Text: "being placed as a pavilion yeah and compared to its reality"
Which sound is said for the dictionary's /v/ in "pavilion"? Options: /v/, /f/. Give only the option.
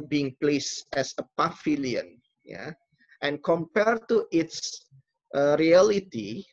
/f/